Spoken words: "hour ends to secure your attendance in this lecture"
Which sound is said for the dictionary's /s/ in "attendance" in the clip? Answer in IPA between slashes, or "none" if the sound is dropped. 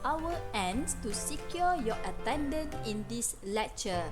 none